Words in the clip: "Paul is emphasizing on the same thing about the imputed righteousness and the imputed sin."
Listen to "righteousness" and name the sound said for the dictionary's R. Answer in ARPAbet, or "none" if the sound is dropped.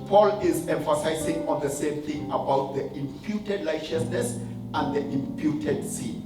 L